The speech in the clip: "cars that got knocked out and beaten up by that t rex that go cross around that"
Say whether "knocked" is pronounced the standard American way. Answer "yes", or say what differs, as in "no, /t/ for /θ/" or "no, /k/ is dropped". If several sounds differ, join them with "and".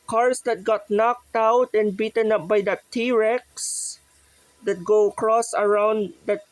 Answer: yes